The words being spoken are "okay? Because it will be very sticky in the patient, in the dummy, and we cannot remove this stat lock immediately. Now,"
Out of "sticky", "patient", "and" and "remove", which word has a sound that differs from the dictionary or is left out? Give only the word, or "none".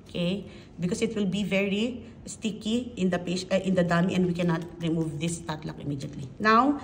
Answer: patient